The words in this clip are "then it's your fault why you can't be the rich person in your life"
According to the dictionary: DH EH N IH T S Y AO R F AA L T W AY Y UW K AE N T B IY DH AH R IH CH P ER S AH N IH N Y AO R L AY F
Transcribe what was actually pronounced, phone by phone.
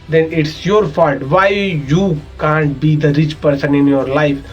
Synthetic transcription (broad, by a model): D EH N IH T S Y AO R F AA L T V AY Y UW K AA N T B IY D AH R IH CH P ER S AH N IH N Y AO R L AY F